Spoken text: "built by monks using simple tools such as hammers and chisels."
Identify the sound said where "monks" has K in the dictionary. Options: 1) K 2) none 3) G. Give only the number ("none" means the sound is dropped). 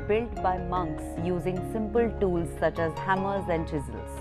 1